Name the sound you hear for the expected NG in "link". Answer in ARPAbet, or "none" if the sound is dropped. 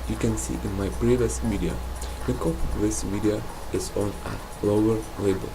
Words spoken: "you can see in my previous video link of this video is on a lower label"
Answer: none